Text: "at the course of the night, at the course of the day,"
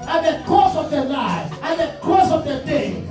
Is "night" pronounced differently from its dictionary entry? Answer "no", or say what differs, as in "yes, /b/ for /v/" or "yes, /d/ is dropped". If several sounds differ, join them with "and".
yes, /l/ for /n/